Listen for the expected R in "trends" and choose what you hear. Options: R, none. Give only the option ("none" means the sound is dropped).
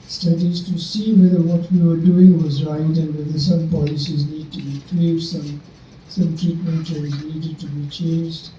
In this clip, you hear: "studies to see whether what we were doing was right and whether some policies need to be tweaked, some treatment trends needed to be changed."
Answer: none